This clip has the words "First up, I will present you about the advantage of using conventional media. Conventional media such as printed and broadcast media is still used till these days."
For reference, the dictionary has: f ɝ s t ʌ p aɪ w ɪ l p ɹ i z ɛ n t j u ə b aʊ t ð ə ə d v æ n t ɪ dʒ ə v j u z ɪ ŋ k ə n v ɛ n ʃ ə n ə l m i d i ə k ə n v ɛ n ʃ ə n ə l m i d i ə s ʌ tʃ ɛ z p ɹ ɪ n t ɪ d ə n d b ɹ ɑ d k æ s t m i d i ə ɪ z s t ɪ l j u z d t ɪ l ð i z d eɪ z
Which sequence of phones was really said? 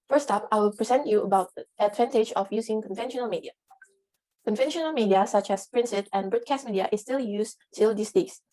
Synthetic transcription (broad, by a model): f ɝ s t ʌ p aɪ w ɪ l p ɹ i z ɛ n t j u ə b aʊ t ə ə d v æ n t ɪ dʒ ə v j u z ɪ ŋ k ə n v ɛ n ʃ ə n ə l m i d i ə k ə n v ɛ n ʃ ə n ə l m i d i ə s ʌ tʃ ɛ s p ɹ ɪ n s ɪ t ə n b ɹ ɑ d k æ s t m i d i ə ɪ s t ɪ l j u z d t ɪ l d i s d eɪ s